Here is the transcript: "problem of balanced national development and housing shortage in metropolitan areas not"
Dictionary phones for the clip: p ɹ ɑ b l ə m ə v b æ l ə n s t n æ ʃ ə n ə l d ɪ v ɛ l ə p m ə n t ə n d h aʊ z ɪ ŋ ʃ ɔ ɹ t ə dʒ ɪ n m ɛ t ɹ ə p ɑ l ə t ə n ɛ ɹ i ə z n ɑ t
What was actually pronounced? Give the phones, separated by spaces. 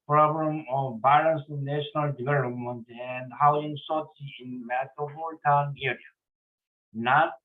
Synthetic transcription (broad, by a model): p ɹ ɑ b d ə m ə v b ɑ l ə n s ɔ n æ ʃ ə n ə l d ɪ v ɛ l ə p m ə n t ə n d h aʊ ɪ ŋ s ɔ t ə ɪ n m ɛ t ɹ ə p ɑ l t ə n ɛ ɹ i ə n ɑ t